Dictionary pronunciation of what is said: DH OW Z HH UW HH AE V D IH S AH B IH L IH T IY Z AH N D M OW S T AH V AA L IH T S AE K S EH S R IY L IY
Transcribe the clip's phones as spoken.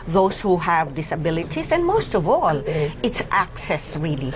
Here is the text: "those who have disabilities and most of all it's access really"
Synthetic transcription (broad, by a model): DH OW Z HH UW HH AE V D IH S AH B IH L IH T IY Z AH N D M OW S T AH V AA L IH T S AE K S EH S R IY L IY